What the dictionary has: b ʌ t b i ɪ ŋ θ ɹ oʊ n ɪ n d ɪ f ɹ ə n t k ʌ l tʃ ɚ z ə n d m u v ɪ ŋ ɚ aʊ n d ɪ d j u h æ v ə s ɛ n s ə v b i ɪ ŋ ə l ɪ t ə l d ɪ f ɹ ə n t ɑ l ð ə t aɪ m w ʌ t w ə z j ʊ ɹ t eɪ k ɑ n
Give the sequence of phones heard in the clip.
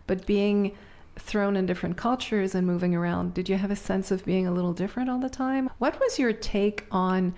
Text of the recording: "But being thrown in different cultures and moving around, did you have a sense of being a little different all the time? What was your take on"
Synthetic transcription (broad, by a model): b ʌ t b i ɪ ŋ θ ɹ oʊ n ɪ n d ɪ f ɹ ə n k ʌ l tʃ ɚ z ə n m u v ɪ ŋ ɚ aʊ n d ɪ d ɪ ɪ v ə s ɛ n s ə v b i ɪ ŋ ə l ɪ t l d ɪ f ɹ ə n t ɑ l ð ə t aɪ m w ʌ t w ə z j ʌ ɹ t eɪ k n